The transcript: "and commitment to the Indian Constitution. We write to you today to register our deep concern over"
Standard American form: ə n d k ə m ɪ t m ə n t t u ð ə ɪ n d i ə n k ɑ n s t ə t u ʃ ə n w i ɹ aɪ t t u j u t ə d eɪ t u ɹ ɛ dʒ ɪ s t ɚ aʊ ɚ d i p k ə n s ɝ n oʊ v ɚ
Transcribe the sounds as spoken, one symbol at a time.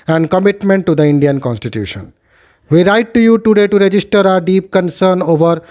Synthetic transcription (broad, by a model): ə n d k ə m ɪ t m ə n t t u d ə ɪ n d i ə n k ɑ n s t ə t u ʃ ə n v i ɹ aɪ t t u j u t ə d eɪ t u ɹ ɛ dʒ ɪ s t ɚ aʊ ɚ d i p k ə n s ɝ n oʊ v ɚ